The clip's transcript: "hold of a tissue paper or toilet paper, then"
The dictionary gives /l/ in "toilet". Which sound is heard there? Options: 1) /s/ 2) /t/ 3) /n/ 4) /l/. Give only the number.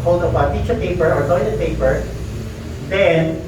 3